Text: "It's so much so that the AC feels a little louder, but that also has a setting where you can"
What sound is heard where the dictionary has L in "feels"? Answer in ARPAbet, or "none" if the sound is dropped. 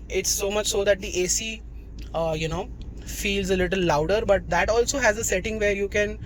L